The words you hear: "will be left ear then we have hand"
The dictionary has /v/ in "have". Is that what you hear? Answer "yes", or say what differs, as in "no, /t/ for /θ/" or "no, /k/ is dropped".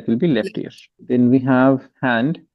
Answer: yes